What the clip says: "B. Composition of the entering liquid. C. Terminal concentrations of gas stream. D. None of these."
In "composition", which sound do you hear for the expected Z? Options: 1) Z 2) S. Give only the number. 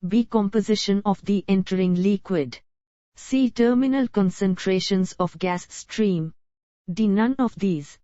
1